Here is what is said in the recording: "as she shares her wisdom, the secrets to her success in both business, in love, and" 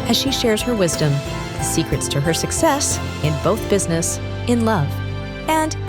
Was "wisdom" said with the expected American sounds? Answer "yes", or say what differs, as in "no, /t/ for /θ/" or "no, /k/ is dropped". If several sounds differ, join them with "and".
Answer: yes